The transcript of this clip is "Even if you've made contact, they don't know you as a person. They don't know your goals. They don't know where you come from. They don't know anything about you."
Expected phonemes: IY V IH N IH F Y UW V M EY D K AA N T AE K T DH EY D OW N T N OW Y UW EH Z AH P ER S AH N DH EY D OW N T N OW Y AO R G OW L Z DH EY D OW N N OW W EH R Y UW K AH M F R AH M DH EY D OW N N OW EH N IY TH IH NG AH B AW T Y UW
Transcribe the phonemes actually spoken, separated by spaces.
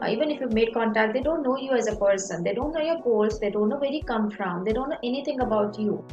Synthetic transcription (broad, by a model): IY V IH N IH F Y UW V M EY D K AA N T AE K T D EY D OW N T N OW Y UW EH Z AH P ER S AH N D EY D OW N T N OW Y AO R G OW L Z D EY D OW N N OW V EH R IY K AH M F R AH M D EY D OW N N OW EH N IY T IH NG AH B AW T Y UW